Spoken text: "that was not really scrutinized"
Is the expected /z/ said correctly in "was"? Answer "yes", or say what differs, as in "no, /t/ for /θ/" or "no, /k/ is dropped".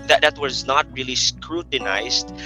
yes